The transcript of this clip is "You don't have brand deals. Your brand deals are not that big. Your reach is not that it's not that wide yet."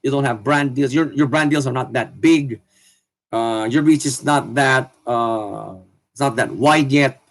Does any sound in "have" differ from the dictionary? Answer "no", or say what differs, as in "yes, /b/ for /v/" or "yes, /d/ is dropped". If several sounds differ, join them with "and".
no